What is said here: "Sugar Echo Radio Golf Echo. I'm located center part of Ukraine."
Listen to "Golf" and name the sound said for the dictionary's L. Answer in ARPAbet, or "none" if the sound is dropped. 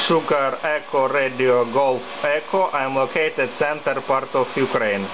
L